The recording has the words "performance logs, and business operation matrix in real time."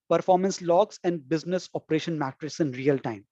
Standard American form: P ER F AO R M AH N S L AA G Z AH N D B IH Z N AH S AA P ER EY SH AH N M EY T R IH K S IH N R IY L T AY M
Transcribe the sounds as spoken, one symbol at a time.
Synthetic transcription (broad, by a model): P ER F AO R M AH N S L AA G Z AH N D B IH Z N AH S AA P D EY SH AH N M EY T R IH S IH N R IY L T AY M